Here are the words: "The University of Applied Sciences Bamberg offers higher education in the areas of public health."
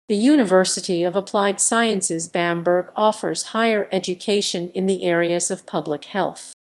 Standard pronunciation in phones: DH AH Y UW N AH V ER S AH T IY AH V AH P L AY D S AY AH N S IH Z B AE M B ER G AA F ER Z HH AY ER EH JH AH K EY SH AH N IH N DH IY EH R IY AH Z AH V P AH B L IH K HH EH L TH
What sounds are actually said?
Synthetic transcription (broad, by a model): DH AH Y UW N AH V ER S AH T IY AH V AH P L AY D S AY AH N S IH Z B AE M B ER G AA F ER Z HH AY ER EH JH AH K EY SH AH N IH N DH IY EH R IY AH Z AH V P AH B L IH K HH EH L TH